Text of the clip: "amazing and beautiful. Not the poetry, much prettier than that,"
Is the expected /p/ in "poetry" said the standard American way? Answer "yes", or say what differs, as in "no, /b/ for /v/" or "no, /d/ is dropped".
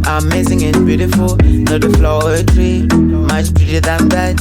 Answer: no, /f/ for /p/